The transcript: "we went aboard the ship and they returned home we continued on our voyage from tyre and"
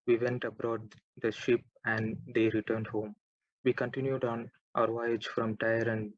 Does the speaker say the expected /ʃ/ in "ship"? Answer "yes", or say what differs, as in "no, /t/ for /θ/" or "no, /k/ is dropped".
yes